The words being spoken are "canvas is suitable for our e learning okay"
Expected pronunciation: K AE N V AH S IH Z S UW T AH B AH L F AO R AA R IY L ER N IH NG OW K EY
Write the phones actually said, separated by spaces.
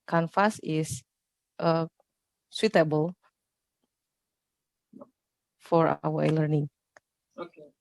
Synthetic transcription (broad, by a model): K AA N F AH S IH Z S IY T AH B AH L F AO R AA W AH L ER N IH NG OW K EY